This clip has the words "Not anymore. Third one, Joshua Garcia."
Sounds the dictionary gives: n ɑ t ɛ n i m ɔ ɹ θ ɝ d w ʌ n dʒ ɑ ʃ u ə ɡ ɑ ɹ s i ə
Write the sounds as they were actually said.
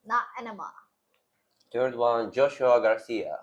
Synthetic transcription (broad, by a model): n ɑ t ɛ n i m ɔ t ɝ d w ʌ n dʒ ɑ ʃ u ə ɡ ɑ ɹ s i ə